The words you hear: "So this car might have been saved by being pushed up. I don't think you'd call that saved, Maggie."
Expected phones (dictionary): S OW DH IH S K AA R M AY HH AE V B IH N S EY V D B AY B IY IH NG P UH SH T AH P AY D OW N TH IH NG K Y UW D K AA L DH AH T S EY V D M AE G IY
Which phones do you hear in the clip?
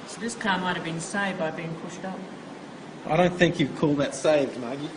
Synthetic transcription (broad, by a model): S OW DH IH S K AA M AY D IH V B IH N S EY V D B AY B IY IH NG P UH SH T AH P AY D OW N TH IH NG K Y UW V K AA L DH AH T S EY V D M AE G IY